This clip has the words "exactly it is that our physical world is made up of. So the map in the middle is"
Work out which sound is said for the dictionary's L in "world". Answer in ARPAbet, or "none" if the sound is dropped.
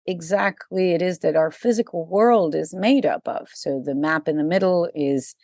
L